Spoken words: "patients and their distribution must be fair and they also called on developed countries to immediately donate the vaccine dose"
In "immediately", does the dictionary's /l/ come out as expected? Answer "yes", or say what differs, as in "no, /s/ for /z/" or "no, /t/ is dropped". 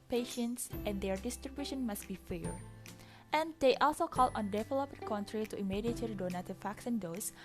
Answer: no, /l/ is dropped